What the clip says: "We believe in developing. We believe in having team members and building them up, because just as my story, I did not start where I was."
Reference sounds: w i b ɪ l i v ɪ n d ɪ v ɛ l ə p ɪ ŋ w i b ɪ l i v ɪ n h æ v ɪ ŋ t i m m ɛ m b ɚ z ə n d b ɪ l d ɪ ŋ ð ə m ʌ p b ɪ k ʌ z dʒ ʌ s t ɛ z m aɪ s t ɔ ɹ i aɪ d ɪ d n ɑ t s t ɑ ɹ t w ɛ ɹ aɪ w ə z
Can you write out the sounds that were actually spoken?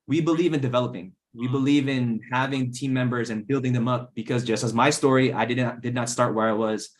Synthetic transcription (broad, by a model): w i b ɪ l i v ɪ n d ɪ v ɛ l ə p ɪ ŋ w i b ɪ l i v ɪ n h æ v ɪ ŋ t i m m ɛ m b ɚ z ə n b ɪ l d ɪ ŋ ð ə m ʌ p b ɪ k ʌ z dʒ ʌ s t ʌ z m aɪ s t ɔ ɹ i aɪ d ɪ d n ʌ t s t ɑ ɹ t w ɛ ɹ aɪ w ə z